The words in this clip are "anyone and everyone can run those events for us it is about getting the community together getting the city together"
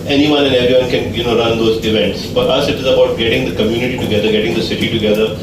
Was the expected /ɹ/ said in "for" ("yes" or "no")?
yes